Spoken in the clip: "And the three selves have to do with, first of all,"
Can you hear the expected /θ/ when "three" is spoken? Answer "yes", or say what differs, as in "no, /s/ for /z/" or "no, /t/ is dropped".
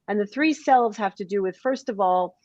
yes